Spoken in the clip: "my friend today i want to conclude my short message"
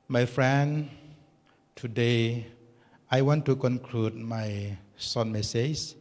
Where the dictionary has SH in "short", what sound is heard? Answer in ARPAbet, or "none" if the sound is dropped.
S